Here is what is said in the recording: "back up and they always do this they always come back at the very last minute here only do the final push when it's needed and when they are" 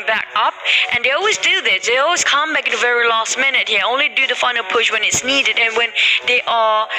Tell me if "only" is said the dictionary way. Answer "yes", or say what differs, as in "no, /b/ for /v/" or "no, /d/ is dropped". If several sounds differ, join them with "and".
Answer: yes